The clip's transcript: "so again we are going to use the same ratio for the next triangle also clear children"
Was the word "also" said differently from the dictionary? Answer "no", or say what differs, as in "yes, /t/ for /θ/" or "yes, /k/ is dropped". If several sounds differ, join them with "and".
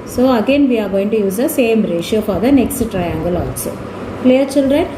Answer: yes, /l/ is dropped